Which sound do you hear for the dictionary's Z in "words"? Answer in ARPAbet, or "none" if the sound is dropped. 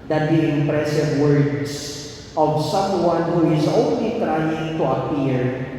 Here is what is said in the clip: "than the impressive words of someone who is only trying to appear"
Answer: S